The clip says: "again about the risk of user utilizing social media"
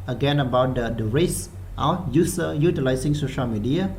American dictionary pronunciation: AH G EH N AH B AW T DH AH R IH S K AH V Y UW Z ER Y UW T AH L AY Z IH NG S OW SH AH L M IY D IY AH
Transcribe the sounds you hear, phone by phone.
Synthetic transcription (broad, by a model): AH G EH N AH B AW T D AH R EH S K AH Y UW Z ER Y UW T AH L AY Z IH NG S OW SH AH L M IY D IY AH